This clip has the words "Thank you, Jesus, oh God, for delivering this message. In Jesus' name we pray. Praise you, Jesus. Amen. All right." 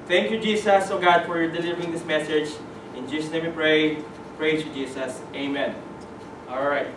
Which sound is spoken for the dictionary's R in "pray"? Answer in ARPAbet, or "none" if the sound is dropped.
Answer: R